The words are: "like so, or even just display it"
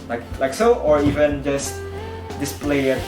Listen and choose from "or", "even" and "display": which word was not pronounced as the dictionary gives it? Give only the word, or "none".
none